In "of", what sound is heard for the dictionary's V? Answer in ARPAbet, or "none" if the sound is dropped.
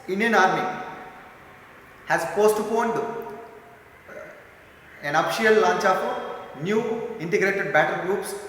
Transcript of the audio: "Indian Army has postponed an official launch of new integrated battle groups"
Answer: P